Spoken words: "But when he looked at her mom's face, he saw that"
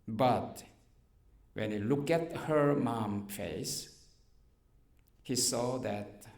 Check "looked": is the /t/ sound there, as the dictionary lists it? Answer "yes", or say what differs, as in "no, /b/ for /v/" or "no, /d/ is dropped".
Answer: no, /t/ is dropped